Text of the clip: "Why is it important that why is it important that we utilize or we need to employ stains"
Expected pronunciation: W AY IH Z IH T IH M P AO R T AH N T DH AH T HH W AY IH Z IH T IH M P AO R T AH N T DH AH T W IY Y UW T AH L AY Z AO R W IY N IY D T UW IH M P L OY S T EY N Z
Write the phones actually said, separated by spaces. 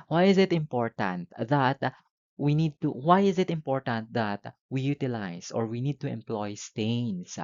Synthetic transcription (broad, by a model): W AY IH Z IH T IH M P AO R T AH N T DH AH T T W AY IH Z IH T IH M P AO R T AH N T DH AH T W IY Y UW T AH L AY S AO R W IY N IY D T UW IH M P L OY S T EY N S